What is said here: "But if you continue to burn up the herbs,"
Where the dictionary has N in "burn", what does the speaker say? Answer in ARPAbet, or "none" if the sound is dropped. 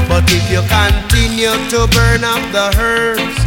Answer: N